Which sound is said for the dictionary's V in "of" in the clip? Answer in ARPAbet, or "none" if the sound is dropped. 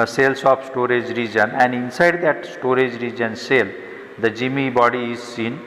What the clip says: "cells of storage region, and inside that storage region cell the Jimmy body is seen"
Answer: P